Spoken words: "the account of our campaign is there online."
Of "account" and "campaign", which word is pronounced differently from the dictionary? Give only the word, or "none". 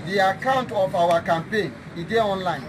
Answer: none